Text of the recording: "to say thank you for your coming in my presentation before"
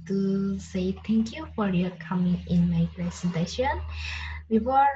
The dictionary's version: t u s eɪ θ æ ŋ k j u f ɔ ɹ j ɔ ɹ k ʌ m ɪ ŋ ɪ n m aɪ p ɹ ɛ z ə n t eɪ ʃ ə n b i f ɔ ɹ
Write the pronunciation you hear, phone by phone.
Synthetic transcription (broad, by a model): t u s eɪ t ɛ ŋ k j u f ɔ ɹ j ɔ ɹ k ʌ m ɪ ŋ ɪ n m aɪ p ɹ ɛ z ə n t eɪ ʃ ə n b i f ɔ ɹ